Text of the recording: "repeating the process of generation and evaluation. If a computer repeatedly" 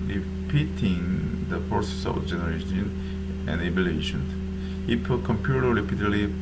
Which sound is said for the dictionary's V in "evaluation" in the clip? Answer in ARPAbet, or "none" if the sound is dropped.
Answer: B